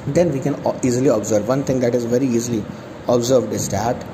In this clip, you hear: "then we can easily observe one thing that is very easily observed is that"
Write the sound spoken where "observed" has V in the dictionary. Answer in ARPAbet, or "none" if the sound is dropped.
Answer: V